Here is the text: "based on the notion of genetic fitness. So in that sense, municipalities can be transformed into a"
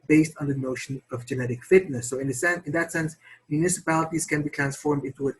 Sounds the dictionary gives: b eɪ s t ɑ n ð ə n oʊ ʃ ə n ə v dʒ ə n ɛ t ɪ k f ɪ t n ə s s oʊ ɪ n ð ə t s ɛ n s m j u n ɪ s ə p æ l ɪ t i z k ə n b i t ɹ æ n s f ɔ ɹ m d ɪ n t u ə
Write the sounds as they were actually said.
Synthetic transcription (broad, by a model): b eɪ s t n ð ə n oʊ ʃ ə n ə v dʒ ə n ɛ t ɪ k f ɪ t n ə s s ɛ ɪ n ð ə t s ɛ n s m j u n ɪ s ə p æ l ɪ t i z k ə n b i t ɹ æ n s f ɔ ɹ m d ɪ n t u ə